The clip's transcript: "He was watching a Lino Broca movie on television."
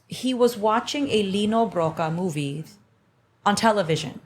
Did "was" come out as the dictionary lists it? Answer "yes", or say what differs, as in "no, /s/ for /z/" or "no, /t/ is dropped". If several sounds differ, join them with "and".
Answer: yes